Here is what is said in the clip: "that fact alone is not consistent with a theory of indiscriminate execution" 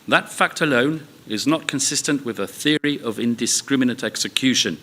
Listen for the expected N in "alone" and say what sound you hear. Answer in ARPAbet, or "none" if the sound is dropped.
N